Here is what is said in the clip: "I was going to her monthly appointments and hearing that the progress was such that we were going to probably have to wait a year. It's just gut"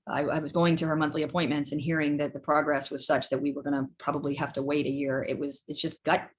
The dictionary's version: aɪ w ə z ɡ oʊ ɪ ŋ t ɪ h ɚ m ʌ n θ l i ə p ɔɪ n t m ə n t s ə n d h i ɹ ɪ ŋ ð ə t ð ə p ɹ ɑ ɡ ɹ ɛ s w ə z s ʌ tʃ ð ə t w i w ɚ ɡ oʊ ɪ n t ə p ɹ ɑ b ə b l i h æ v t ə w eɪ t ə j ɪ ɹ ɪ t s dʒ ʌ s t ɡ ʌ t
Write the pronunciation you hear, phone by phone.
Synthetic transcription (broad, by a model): aɪ w ə z ɡ oʊ ɪ ŋ t ɪ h ɚ m ʌ n θ l i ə p ɔɪ n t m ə n t s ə n h i ɹ ɪ ŋ ð ə t ð ə p ɹ ɑ ɡ ɹ ɛ s w ə z s ʌ tʃ ð ə t w i w ɚ ɡ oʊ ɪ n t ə p ɹ ɑ b ə b l i h æ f t ə w eɪ t ə j ɪ ɹ ɪ t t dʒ ʌ s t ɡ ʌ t